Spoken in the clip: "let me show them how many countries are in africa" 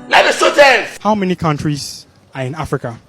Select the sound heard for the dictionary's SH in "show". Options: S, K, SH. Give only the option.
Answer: S